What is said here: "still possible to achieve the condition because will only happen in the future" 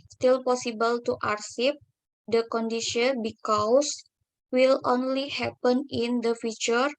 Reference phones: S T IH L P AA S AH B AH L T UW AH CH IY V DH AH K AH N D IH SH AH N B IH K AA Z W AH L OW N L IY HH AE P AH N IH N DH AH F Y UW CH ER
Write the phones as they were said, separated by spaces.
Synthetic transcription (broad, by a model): S T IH L P AA S AH B AH L T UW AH S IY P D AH K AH N D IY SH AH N B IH K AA S W AH L OW N L IY HH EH P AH N IH N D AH F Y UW CH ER